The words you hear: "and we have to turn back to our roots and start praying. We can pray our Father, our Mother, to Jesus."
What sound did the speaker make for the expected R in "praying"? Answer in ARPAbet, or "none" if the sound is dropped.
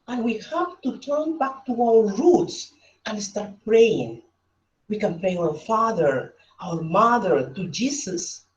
R